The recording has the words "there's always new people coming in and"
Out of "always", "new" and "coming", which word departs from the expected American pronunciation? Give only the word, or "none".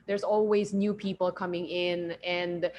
none